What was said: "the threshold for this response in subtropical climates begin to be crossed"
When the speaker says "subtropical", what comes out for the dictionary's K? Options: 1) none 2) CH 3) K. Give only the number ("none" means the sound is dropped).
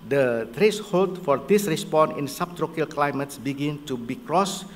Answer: 1